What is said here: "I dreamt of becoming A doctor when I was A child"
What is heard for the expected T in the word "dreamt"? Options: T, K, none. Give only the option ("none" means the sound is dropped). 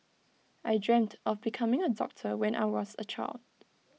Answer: T